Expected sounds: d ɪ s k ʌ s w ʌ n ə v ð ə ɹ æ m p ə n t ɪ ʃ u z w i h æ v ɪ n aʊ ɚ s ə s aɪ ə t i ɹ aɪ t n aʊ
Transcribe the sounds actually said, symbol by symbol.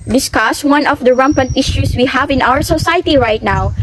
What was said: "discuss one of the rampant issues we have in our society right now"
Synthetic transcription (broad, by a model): d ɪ s k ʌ s w ʌ n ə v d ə ɹ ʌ m p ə n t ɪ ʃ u s w i h æ v ɪ n aʊ ɚ s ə s aɪ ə t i ɹ aɪ t n aʊ